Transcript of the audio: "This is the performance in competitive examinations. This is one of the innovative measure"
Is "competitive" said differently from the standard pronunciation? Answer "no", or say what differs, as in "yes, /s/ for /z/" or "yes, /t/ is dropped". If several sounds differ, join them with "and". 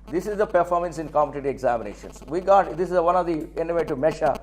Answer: yes, /v/ is dropped